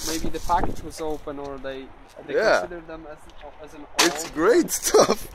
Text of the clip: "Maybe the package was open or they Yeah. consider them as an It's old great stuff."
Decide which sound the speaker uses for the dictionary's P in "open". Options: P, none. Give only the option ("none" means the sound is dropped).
P